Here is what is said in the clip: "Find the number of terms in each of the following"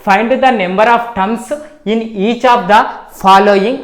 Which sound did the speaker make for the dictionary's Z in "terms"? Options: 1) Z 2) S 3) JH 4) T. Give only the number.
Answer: 2